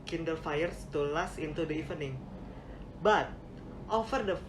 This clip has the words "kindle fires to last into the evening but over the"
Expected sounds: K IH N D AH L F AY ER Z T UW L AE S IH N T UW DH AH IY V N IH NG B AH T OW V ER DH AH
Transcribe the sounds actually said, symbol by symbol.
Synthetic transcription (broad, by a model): K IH N D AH L F AY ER S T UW L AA S IH N T UW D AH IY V N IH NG B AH T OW F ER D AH